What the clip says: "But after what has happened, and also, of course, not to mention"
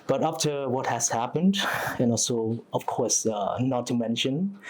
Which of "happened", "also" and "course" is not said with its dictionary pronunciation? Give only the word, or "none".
none